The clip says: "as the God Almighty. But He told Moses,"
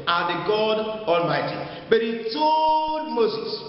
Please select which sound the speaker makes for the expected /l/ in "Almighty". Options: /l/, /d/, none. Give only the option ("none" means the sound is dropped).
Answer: /l/